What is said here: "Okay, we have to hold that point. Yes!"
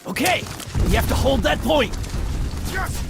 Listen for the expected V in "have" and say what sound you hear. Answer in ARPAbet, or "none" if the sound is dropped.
F